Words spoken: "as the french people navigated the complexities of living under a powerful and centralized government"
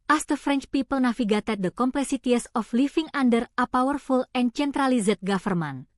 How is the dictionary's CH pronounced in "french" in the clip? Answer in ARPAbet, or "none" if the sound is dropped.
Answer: CH